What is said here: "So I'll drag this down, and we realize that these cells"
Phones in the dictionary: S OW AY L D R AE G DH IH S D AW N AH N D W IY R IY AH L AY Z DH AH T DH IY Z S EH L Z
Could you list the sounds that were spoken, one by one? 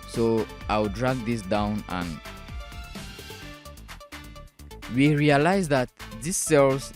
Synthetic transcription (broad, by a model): S OW AY W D R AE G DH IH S D AW N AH N W IY R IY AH L AY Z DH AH T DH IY S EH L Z